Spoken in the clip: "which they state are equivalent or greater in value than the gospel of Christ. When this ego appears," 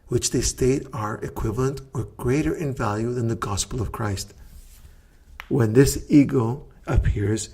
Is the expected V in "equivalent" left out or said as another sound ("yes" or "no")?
no